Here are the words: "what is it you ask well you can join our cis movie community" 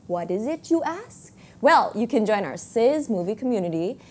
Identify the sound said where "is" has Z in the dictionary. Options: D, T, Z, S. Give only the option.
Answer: Z